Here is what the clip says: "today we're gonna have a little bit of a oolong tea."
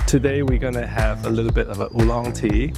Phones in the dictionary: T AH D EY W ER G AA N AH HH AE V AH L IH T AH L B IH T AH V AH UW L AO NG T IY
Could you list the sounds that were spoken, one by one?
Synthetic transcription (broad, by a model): T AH D EY W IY G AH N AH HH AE V AH L IH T L B IH T AH V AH UW L AO NG T IY